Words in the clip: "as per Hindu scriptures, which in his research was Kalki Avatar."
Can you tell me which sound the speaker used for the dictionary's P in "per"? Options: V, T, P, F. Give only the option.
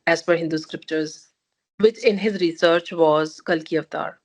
F